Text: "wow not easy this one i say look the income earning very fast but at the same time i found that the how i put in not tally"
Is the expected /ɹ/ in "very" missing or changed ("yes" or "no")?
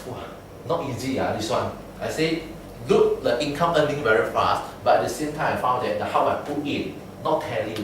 no